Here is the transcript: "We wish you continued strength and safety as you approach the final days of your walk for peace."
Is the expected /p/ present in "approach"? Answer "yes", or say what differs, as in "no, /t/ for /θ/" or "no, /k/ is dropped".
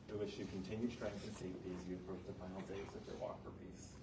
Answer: no, /p/ is dropped